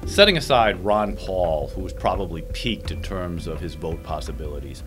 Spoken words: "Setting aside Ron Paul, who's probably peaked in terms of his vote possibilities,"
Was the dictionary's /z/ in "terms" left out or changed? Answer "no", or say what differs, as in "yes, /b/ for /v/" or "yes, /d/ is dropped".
no